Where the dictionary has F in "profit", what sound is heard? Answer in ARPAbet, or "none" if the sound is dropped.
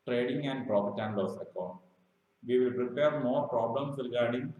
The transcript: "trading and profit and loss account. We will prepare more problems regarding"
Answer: P